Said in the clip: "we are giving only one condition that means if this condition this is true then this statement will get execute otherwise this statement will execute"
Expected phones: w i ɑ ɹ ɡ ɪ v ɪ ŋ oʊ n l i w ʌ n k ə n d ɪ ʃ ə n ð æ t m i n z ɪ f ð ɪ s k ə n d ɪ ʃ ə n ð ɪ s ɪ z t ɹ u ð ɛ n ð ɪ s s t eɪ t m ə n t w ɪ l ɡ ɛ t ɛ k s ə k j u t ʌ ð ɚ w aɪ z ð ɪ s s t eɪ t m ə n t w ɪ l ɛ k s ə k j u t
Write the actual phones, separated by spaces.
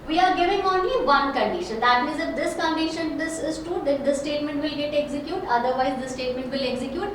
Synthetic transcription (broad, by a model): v i ɑ ɹ ɡ ɪ v ɪ ŋ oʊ n i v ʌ n k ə n d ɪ ʃ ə n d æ t m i n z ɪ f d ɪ s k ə n d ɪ ʃ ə n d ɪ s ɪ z t u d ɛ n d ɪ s s t eɪ t m ə n t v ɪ l ɡ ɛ t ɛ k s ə k j u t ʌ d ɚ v aɪ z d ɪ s s t eɪ t m ə n t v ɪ l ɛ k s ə k j u t